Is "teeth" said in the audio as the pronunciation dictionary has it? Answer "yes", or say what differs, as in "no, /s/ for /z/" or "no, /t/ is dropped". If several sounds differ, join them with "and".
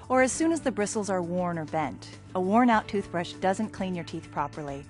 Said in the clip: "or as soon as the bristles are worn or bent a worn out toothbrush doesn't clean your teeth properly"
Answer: yes